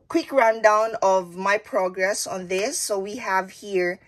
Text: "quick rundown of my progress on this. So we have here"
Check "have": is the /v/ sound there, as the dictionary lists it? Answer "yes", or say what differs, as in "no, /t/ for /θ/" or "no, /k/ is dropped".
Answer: yes